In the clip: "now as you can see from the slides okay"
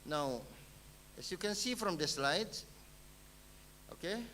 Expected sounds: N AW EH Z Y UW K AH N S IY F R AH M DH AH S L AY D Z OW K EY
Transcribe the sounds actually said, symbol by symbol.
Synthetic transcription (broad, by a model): N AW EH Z Y UW K AH N S IY F R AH M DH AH S L AY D OW K EY